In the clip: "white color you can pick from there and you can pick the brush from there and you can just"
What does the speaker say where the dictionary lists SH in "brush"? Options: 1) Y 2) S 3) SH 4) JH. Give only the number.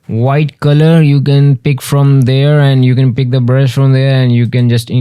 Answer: 2